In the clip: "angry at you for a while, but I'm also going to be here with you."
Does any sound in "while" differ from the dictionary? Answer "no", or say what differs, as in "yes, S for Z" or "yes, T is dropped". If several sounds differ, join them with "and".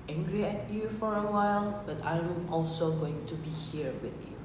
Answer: no